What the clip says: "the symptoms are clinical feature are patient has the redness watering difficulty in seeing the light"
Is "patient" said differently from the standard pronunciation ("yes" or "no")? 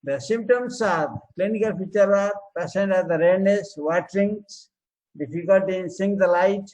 yes